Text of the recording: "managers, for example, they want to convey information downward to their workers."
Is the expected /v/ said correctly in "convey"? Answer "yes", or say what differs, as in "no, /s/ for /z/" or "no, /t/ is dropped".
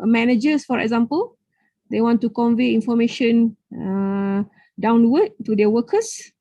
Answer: yes